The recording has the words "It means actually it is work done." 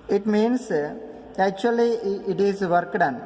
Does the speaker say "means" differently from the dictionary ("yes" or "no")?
yes